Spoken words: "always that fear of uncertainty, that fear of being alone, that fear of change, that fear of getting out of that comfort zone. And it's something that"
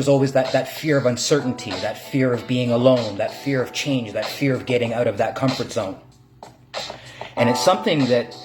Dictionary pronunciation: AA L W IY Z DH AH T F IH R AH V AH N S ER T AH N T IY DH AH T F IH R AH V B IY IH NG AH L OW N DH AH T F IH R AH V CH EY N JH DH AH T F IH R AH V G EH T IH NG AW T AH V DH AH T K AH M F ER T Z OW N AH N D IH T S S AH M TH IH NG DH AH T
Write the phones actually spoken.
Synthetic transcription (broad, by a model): AA L W IY Z DH AH T F IH R AH V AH N S ER T N T IY DH AH T F IH R AH V B IY IH NG AH L OW N DH AH T F IH R AH V CH EY N JH DH AH T F IH R AH V G EH T IH NG AW T AH V DH AH T K AH M F ER T Z OW N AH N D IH T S S AH M TH IH NG DH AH T